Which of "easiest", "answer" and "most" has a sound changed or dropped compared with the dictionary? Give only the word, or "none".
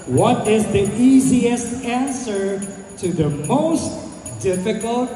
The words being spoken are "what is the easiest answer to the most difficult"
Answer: none